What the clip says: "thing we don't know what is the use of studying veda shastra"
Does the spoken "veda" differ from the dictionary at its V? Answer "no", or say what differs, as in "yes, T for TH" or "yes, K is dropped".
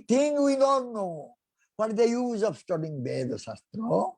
yes, B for V